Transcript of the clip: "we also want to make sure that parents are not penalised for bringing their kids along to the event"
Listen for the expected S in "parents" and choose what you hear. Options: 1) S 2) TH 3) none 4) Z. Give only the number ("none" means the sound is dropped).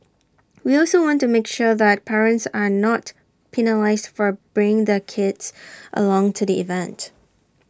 1